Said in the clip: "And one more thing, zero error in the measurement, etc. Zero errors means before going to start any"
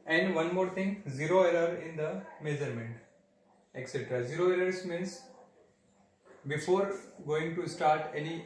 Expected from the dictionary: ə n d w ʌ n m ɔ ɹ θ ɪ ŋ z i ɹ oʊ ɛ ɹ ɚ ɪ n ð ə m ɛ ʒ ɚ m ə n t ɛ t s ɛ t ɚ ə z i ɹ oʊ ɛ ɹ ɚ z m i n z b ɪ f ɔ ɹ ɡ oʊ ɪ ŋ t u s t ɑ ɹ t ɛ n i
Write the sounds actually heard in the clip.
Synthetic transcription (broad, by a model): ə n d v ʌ n m ɔ ɹ t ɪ ŋ z i ɹ oʊ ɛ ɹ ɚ ɪ n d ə m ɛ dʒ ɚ m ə n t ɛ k s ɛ t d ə z i ɹ oʊ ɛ l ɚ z m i n s b ɪ f ɔ ɹ ɡ oʊ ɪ ŋ t u s t ɑ ɹ t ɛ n i